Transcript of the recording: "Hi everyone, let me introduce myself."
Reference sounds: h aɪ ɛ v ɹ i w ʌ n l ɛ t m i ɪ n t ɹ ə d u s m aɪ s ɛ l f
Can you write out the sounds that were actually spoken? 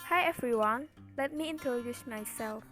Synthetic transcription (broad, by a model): h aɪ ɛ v ɹ i w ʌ n l ɛ t m i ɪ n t ə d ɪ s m aɪ s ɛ l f